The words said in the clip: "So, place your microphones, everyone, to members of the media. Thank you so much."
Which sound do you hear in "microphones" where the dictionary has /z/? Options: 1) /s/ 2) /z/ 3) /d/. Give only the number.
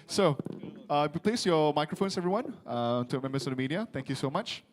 1